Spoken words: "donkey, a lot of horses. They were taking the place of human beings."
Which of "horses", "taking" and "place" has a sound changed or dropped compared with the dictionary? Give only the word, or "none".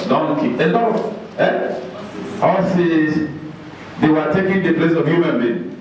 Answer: horses